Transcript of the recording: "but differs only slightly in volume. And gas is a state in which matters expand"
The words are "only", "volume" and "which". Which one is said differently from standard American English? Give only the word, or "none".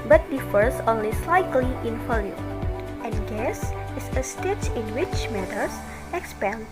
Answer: volume